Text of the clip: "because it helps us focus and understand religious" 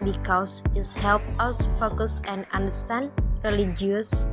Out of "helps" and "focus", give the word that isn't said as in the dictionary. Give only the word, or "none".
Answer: helps